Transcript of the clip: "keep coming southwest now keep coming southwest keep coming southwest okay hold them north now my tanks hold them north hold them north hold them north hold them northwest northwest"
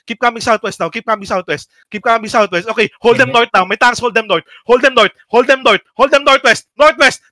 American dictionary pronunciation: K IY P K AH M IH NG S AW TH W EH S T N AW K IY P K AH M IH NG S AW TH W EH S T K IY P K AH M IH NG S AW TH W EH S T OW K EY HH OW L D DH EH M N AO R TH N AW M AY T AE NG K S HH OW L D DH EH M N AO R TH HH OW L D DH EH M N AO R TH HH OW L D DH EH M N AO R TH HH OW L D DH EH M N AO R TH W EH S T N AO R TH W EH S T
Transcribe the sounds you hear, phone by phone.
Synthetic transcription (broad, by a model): K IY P K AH M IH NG S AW T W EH S T N AW K IY P K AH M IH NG S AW T W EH S T K IY P K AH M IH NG S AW T W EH S T OW K EY HH OW L D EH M N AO R T N AW M AY T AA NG S HH OW L D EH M N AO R T HH OW L D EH M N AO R T HH OW L D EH M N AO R T HH OW L D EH M N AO R T W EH S T N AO R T W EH S T